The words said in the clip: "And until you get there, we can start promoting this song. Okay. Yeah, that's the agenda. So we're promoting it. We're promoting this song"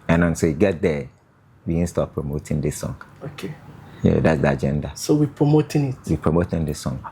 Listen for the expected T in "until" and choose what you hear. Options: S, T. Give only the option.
S